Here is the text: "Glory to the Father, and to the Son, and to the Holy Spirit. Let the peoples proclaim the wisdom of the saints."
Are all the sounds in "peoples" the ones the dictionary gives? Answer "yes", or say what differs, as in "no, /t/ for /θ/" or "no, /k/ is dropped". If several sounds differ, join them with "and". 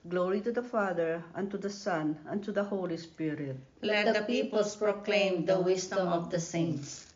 no, /s/ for /z/